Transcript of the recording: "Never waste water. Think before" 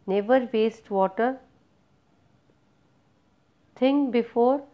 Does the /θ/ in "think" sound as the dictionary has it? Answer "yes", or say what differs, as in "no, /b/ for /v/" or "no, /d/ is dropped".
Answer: no, /t/ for /θ/